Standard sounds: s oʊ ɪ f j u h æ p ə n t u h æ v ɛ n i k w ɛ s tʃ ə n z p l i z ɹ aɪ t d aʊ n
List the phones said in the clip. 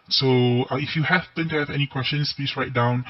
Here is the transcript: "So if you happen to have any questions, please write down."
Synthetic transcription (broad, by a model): s oʊ ɪ f j u h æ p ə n t u h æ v ɛ n i k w ɛ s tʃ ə n s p i s ɹ aɪ t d aʊ n